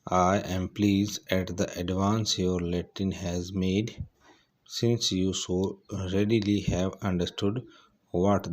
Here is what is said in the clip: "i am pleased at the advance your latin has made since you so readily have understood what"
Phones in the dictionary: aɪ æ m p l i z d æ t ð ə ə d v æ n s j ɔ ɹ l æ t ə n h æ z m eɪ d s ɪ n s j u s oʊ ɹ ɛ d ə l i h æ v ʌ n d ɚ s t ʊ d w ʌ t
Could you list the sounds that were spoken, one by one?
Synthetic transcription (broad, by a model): aɪ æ m p l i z æ t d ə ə d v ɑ n s j ɔ ɹ l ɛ t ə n h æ z m eɪ d s ɪ n s j u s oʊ ɹ ɛ d ə l i h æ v ʌ n d ɚ s t ʊ d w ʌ t